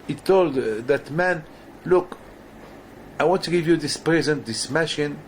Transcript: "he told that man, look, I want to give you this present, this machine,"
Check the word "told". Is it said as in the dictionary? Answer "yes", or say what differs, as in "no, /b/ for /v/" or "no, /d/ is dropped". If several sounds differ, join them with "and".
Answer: yes